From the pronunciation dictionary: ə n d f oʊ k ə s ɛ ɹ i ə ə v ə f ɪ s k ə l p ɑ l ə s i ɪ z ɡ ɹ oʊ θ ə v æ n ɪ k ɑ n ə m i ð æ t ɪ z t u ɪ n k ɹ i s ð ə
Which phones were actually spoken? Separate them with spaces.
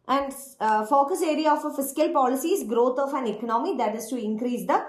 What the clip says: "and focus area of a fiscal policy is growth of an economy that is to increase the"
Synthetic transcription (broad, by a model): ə n d f oʊ k ə s ɛ ɹ i ə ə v ə f ɪ s k ə l p ɑ l ə s i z ɡ ɹ oʊ t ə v æ n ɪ k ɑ n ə m i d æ t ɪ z t u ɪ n k ɹ i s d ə